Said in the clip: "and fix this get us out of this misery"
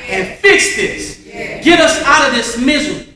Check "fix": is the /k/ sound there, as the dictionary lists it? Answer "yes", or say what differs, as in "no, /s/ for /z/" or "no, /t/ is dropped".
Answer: yes